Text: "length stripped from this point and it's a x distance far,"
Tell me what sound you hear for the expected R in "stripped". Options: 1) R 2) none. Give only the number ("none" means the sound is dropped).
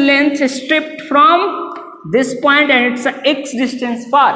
1